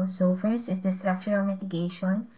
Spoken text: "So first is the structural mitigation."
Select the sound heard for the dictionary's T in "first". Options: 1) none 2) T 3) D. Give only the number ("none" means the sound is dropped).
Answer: 1